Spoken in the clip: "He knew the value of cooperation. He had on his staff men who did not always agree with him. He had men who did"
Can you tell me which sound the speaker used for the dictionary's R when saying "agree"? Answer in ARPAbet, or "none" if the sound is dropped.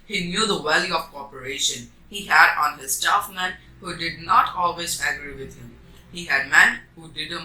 R